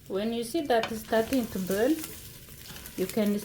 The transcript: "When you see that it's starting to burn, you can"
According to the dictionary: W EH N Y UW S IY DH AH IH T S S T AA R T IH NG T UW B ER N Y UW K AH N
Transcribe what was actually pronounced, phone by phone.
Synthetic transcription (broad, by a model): W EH N Y UW S IY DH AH T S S T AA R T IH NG T UW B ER L Y UW K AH N